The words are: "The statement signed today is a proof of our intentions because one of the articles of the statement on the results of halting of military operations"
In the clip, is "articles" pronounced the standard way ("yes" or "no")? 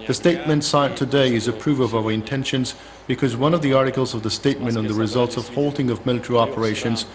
yes